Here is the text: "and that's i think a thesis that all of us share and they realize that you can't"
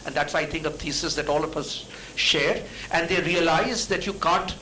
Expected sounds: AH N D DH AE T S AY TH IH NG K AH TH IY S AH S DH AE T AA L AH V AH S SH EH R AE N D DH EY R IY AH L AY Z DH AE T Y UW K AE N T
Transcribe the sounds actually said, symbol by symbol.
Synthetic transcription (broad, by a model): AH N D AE T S AY T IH NG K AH T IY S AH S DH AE T AA L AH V AH S SH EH R AE N D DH EY R IY AH L AY Z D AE T Y UW K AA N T